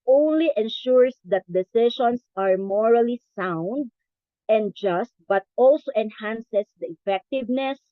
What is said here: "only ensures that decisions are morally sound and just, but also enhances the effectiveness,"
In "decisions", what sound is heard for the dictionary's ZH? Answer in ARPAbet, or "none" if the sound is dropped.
SH